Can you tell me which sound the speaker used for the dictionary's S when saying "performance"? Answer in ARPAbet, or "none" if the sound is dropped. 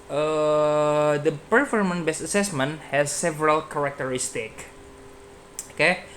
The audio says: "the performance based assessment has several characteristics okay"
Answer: none